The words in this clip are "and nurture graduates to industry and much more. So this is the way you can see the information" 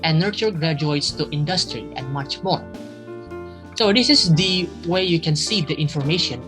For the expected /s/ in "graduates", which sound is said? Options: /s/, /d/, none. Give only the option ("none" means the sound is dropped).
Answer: /s/